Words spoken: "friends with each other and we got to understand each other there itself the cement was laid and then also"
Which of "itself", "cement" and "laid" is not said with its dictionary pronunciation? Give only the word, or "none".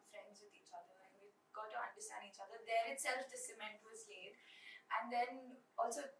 none